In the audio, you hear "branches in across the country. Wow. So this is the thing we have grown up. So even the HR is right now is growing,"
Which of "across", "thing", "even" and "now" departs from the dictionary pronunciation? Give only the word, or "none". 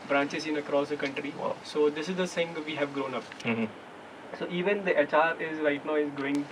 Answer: thing